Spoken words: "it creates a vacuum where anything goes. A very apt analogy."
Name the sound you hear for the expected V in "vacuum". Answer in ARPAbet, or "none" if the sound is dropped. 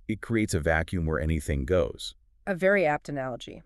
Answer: V